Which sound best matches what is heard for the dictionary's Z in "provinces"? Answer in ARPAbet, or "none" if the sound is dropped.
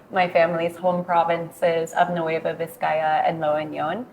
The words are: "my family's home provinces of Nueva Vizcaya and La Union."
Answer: Z